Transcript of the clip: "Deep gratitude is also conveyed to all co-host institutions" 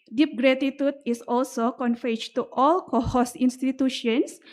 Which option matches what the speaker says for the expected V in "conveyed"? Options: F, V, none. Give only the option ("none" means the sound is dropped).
F